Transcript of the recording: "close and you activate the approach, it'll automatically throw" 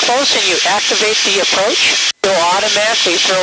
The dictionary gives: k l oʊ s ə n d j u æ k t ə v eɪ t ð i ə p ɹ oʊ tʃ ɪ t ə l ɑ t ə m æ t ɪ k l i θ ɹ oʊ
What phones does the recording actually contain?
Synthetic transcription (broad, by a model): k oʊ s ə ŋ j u æ k t ə v eɪ t ð i ə p ɹ oʊ tʃ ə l ɑ t ə m æ t ɪ k l i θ ɹ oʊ